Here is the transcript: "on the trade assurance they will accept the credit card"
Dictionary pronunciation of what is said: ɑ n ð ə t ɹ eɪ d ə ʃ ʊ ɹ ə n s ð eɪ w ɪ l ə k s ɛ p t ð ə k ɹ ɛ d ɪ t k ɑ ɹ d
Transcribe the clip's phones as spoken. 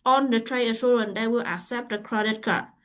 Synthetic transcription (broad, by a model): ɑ n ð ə t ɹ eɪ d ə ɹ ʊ l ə n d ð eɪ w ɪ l ə k s ɛ p t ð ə k ɹ ɛ d ɪ t k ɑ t